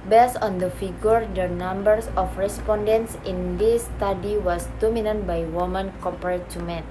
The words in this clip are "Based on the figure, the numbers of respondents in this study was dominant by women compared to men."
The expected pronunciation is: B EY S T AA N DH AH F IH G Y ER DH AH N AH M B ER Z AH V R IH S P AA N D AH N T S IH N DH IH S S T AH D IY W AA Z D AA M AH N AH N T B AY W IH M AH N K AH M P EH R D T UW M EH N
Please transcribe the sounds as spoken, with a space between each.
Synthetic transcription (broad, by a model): B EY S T AA N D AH F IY G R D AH N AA M B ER S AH F R IH S P AA N D AH N T S IH N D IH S S T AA D IY W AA S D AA M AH N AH N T B AY W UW M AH N K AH P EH R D T UW M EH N